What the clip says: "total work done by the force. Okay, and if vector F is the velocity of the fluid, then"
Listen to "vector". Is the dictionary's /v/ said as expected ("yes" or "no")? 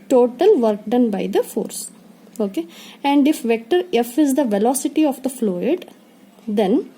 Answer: yes